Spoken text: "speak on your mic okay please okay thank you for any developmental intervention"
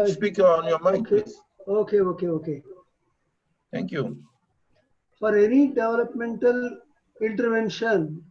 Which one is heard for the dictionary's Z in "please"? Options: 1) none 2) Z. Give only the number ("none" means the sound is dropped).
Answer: 1